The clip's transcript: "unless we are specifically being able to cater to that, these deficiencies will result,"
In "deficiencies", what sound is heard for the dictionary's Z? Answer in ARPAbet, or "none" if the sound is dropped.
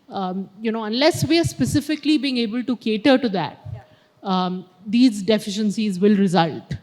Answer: Z